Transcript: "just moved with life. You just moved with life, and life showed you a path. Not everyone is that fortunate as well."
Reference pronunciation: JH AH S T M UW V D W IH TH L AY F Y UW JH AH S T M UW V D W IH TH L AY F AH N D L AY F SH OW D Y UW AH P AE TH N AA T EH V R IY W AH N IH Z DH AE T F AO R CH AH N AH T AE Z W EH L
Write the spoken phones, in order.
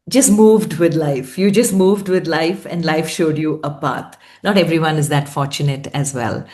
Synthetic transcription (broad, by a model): JH AH S T M UW V D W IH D L AY F Y UW JH AH S T M UW V D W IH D L AY F AH N D L AY F SH OW D Y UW AH P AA T N AA T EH V R IY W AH N IH Z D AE T F AO R CH AH N AH T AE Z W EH L